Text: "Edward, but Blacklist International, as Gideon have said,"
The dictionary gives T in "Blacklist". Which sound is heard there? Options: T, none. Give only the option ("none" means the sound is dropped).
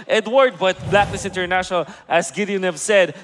none